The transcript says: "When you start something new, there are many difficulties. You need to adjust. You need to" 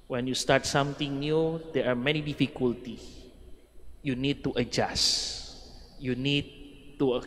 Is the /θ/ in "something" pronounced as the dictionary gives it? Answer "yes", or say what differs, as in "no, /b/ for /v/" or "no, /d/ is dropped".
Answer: no, /t/ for /θ/